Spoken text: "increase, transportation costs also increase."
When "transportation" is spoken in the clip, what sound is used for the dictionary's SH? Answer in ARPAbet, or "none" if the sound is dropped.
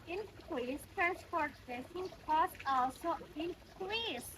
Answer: S